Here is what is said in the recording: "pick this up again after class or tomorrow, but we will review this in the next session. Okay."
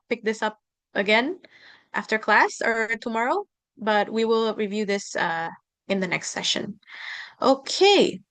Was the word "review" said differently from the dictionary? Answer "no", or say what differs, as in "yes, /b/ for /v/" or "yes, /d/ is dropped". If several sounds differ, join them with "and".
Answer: no